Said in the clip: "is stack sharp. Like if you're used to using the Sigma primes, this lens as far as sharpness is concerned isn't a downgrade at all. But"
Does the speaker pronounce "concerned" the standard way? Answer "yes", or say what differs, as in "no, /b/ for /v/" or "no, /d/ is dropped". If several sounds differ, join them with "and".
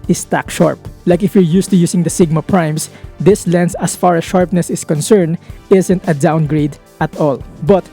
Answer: yes